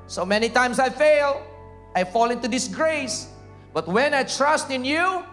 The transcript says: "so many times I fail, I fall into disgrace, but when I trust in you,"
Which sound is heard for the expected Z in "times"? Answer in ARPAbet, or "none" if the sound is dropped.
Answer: S